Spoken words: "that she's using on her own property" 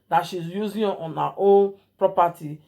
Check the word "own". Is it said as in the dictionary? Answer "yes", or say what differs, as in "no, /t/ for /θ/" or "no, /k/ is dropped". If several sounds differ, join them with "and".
no, /l/ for /n/